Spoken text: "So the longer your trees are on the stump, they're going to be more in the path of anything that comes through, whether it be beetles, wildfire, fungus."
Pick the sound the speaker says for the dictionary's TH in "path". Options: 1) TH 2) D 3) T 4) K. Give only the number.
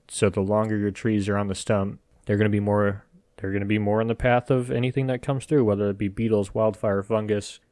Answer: 1